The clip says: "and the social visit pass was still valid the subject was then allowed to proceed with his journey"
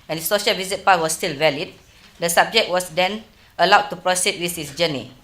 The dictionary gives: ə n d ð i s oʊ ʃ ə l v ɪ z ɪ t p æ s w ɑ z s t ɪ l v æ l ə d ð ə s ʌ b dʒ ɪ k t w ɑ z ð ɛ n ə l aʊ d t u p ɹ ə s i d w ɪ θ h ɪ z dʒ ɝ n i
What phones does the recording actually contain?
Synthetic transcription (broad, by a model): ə n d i s oʊ ʃ ə l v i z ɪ t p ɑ w ɑ s t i l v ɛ l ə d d ə s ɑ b dʒ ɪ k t w ɑ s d ɛ n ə l aʊ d t u p ɹ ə s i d w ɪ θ h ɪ s dʒ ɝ n i